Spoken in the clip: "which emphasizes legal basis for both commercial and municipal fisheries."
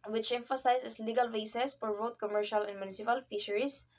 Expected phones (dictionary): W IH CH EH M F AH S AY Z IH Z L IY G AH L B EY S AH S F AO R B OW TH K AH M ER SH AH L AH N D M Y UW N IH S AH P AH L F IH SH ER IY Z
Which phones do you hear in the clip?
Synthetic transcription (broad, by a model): W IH CH EH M F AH S AY S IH S L IY G AH L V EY S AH S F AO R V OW T K AH M ER SH AH L AH N D M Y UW N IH S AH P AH L F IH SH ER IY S